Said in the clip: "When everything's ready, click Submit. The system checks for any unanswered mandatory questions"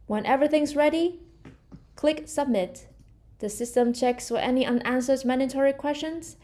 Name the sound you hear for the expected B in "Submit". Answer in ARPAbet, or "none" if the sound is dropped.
B